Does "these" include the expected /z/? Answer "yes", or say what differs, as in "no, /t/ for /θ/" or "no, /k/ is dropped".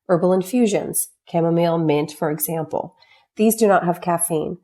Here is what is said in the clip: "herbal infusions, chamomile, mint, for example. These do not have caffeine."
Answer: yes